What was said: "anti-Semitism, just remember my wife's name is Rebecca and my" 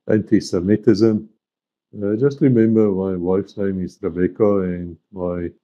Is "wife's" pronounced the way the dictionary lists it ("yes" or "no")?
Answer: yes